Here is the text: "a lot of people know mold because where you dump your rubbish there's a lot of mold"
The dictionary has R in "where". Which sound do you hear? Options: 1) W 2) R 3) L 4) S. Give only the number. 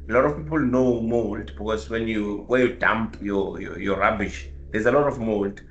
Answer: 1